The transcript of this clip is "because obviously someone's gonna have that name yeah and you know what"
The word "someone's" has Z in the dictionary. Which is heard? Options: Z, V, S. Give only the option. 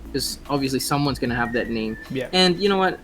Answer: Z